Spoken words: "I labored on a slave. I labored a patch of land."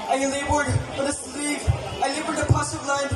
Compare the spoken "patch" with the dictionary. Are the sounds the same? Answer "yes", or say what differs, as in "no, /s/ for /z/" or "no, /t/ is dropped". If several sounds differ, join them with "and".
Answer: no, /s/ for /tʃ/